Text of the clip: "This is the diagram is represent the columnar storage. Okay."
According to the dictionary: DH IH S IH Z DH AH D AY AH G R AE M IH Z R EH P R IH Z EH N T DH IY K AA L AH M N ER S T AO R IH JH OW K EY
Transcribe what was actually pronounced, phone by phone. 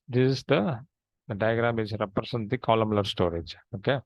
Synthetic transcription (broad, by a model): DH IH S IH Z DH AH D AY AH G R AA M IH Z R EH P R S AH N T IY K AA L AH M L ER S T AO R IH JH OW K EY